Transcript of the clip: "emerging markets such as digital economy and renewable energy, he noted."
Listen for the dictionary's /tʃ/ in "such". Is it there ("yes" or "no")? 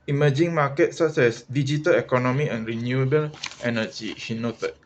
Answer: no